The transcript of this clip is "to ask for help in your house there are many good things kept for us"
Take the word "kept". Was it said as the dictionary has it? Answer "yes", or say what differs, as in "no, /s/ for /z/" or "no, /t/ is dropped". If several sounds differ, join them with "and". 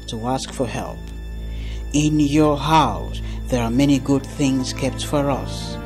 yes